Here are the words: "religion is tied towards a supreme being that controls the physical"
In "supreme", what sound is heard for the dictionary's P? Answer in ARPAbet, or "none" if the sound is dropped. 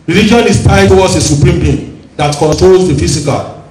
P